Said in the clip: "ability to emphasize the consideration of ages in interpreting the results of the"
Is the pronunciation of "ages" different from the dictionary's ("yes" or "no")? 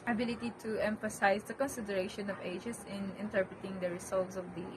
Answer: yes